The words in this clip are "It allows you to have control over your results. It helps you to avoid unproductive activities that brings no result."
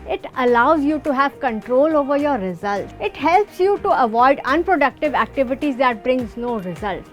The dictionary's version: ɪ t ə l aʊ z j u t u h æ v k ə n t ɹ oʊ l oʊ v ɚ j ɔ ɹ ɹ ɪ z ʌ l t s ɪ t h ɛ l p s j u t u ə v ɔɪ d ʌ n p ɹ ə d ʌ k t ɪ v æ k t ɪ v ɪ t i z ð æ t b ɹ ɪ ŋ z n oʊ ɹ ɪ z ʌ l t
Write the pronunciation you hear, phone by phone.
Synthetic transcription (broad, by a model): ɪ t ə l aʊ z j u t u h æ v k ə n t ɹ oʊ l oʊ v ɚ j ɔ ɹ ɹ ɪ z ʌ l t ɪ t h ɛ l p s j u t u ə v ɔɪ d ʌ n p ɹ ə d ʌ k t ɪ v æ k t ɪ v ɪ t i z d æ t b ɹ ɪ ŋ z n oʊ ɹ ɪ z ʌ l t